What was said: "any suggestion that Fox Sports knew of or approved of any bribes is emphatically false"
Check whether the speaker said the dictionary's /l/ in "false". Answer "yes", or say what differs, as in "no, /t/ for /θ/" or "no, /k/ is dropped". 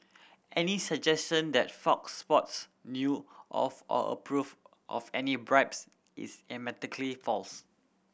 yes